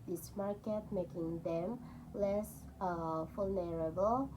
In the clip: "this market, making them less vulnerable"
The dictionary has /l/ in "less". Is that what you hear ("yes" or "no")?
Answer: yes